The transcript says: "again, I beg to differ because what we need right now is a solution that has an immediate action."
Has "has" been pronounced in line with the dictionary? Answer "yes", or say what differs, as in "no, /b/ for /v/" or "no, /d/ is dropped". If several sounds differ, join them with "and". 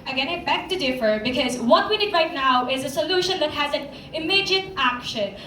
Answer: yes